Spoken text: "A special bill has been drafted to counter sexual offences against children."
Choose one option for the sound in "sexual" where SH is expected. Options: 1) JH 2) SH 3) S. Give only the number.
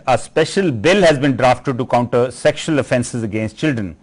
2